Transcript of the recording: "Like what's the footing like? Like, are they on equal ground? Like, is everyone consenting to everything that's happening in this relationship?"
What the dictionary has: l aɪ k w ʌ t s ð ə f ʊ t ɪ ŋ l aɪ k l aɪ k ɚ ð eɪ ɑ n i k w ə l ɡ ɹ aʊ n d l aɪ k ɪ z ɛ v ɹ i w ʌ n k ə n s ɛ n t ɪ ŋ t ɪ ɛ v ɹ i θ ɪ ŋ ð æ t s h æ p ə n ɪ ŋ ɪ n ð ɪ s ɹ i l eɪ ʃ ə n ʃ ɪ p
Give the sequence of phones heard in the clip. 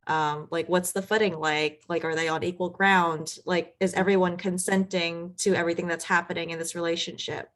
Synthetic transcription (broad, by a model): l aɪ k w ʌ t s ð ə f ʊ t ɪ ŋ l aɪ k l aɪ k ɚ ð eɪ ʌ n i k w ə l ɡ ɹ aʊ n d l aɪ k ɪ z ɛ v ɹ i w ʌ n k ə n s ɛ n t ɪ ŋ t ɪ ɛ v ɹ i θ ɪ ŋ ð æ t s h æ p ə n ɪ ŋ ɪ n ð ɪ s ɹ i l eɪ ʃ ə n ʃ ɪ p